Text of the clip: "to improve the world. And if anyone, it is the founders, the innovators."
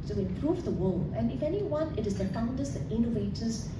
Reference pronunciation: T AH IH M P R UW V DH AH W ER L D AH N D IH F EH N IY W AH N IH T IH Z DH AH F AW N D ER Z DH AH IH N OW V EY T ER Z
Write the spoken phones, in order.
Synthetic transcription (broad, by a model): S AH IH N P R UW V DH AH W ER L AH N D IH F EH N IY W AH N IH T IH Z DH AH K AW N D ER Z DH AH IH N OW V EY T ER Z